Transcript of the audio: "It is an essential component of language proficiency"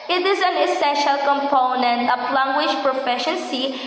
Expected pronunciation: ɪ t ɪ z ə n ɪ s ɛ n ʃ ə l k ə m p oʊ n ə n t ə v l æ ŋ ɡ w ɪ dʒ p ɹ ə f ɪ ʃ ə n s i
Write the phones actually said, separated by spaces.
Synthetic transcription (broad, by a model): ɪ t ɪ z ə n ɪ s ɛ n ʃ ə l k ə m p oʊ n ə n t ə p l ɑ ŋ ɡ w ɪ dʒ p ɹ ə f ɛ ʃ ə n s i